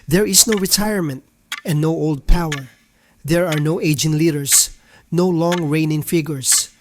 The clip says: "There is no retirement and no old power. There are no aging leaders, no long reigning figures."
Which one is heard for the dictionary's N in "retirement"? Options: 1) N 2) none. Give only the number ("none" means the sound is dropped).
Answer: 1